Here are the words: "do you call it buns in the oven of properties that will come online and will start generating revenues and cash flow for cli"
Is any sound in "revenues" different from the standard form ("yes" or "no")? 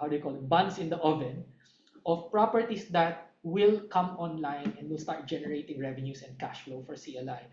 yes